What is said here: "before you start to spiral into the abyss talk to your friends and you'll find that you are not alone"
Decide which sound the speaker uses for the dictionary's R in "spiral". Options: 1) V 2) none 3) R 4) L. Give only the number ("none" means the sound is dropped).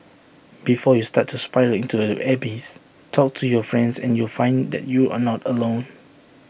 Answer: 2